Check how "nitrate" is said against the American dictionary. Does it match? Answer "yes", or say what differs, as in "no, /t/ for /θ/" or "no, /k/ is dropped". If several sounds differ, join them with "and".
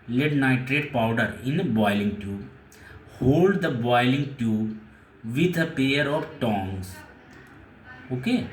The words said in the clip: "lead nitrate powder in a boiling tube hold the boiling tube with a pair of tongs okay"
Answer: yes